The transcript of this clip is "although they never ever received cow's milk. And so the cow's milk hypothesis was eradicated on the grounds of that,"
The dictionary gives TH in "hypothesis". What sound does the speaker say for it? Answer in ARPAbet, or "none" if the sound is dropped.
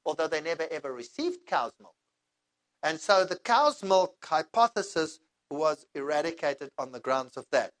TH